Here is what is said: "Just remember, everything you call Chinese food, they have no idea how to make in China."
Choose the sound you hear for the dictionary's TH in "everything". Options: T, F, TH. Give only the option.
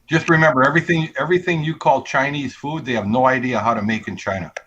TH